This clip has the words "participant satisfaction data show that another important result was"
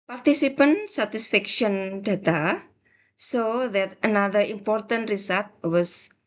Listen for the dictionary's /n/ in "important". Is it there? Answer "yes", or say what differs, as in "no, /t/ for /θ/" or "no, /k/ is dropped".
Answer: yes